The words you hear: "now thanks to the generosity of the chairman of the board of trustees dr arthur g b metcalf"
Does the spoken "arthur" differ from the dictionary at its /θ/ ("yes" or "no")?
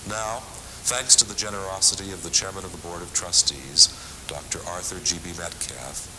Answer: no